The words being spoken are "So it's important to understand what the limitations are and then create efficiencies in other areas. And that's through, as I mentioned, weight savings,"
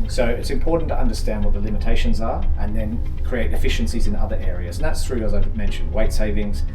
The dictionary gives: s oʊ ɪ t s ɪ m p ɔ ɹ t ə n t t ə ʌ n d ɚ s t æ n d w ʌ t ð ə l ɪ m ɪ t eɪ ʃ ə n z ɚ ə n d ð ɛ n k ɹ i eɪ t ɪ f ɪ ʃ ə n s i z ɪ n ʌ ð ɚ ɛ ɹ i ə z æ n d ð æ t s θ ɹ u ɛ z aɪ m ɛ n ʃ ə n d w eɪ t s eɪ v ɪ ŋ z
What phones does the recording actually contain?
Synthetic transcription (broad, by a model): s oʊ ɪ t s ɪ m p ɔ ɹ t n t t ə ʌ n d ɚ s t æ n d w ʌ t ð ə l ɪ m ɪ t eɪ ʃ ə n z ɚ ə n ð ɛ n k ɹ i eɪ t ɪ f ɪ ʃ ə n s i z ɪ n ʌ ð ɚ ɛ ɹ i ə z n ð æ t s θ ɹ u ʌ z aɪ m ɛ n ʃ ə n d w eɪ t s eɪ v ɪ ŋ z